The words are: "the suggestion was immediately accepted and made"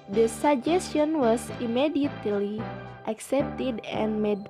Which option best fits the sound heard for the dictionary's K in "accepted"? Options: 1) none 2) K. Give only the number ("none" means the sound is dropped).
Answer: 2